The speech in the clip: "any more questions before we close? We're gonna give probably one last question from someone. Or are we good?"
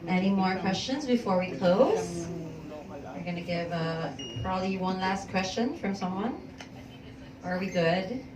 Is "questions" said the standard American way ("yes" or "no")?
yes